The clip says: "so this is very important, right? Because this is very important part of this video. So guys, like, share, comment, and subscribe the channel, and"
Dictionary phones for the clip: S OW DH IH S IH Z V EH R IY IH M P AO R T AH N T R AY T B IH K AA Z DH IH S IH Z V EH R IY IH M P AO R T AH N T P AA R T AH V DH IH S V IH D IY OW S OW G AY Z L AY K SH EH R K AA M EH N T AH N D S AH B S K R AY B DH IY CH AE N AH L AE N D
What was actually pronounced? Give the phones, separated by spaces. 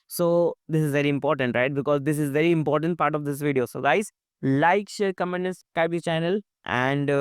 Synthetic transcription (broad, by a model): S OW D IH S IH Z V EH R IY IH M P AO R T AH N T R AY T B IH K AA Z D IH S IH Z V EH R IY IH M P AO R T AH N T P AA R T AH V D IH S V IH D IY OW S OW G AY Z L AY K SH EH R K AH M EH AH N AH S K AY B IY CH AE N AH L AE N D